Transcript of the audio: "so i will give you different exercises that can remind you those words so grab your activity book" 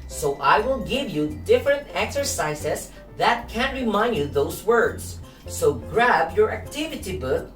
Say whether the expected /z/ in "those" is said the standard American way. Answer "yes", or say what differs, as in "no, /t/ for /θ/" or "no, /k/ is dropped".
no, /s/ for /z/